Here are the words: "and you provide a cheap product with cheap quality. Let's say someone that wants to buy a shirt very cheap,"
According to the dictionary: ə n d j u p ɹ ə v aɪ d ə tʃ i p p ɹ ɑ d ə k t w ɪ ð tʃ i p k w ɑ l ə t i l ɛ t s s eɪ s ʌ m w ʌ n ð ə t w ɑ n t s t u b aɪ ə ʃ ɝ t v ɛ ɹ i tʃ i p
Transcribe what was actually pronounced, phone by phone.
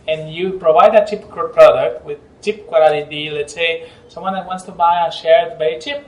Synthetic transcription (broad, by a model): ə n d j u p ɹ ə v aɪ d ə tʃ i p p ɹ ɑ d ə k t w ɪ ð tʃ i p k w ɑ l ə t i l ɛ t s s eɪ s ʌ m w ʌ n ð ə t w ɑ n t s t u b aɪ ə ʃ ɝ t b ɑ i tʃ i p